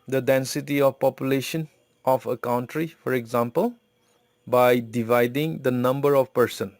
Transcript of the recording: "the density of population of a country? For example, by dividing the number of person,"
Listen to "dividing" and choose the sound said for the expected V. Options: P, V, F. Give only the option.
V